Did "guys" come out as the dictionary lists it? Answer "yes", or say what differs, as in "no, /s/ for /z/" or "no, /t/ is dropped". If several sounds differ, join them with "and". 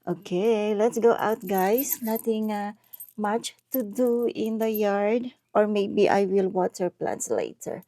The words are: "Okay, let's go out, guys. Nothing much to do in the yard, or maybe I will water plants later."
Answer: no, /s/ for /z/